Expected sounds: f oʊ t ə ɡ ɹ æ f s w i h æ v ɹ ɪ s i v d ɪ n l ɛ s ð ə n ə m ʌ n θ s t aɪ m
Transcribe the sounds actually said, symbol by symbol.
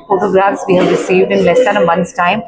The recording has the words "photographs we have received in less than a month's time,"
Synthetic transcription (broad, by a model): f oʊ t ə ɡ ɹ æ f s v i h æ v ɹ ɪ s i v d ɪ n l ɛ s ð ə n ə m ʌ n s t aɪ m